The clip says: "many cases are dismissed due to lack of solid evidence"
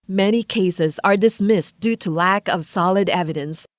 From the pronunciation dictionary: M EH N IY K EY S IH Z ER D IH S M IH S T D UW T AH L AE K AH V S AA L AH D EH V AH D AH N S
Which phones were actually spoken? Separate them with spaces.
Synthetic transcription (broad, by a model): M EH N IY K EY S IH Z ER D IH S M IH S D UW T AH L AE K AH V S AA L AH D EH V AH D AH N S